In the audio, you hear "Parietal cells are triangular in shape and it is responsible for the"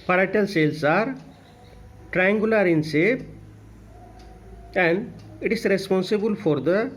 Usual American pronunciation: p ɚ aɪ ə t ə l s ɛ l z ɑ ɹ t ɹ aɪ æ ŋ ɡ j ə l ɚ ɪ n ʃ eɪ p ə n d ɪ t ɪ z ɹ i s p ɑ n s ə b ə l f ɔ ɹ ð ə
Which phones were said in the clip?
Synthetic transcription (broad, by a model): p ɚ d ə t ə l s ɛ l s ɑ ɹ t ɹ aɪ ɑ ŋ ɡ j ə l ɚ ɪ n s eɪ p ə n d ɪ t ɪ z ɹ i s p ɑ n s ə b ə l f ɔ ɹ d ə